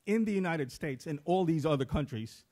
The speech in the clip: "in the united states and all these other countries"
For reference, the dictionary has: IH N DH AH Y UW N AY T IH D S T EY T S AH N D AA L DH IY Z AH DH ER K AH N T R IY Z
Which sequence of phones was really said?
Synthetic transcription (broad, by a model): IH N DH AH Y UW N AY T IH D S T EY T S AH N AA L DH IY Z AH DH ER K AH N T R IY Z